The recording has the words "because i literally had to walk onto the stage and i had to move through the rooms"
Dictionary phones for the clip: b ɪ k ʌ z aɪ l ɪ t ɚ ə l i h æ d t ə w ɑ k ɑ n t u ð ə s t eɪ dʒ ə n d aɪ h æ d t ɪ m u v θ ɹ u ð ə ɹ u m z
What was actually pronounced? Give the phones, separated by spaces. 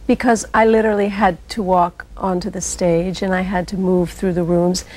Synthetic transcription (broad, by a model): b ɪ k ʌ z aɪ l ɪ t ɚ l i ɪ d t ə w ɑ k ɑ n t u ð ə s t eɪ dʒ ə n aɪ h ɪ d t ɪ m u v θ ɹ u ð ə ɹ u m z